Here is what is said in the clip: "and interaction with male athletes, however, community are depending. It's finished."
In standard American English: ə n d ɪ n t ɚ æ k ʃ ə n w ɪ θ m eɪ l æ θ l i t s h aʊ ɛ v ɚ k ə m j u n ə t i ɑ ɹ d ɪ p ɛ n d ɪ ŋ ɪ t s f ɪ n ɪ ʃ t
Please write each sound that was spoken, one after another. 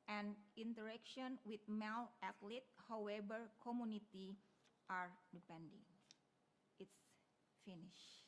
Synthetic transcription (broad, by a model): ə n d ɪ n t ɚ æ k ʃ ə n w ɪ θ m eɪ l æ t l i t h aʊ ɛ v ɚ k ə m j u n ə t i ɑ ɹ d ɪ p ɛ n d ɪ ŋ ɪ t s f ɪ n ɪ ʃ